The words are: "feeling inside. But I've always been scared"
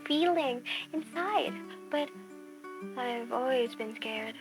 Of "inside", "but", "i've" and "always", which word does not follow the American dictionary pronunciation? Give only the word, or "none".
none